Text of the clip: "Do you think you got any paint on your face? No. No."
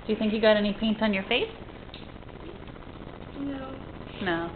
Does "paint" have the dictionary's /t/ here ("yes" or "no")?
yes